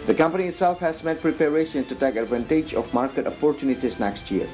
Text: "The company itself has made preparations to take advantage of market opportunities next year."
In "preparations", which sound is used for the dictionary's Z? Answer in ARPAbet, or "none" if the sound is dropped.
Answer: none